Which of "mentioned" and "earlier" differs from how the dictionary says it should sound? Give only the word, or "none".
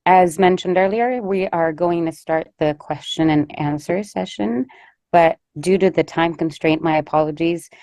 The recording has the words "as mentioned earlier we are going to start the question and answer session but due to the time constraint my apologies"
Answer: none